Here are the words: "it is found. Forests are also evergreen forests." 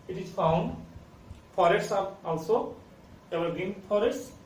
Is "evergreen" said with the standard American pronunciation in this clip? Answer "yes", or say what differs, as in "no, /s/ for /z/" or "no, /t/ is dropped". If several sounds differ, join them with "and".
no, /ɹ/ is dropped